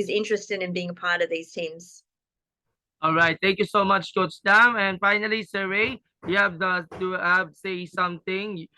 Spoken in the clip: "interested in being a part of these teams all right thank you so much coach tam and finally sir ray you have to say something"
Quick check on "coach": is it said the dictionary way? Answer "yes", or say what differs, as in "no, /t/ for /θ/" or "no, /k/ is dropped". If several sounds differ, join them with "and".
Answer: no, /s/ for /tʃ/